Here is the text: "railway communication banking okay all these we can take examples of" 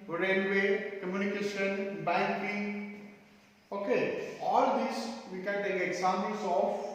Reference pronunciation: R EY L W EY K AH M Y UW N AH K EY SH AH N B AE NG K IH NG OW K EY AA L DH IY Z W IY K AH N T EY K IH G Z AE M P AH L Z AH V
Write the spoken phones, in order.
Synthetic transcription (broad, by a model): R EY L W EY K AH M Y UW N AH K EY SH AH N B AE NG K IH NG OW K EY AA L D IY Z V IY K AH N T EY K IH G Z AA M AH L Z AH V